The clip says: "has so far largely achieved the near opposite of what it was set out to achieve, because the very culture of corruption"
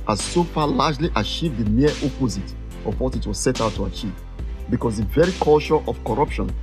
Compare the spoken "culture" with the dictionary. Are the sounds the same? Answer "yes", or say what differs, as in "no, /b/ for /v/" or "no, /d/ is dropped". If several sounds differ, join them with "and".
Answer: no, /ʃ/ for /tʃ/